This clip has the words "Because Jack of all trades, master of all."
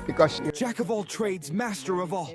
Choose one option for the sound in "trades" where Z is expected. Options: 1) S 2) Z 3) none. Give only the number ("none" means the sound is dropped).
2